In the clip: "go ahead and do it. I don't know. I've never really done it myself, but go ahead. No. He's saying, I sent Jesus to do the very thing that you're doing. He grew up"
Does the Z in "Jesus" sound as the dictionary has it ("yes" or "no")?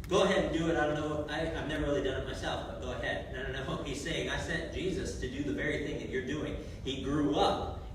yes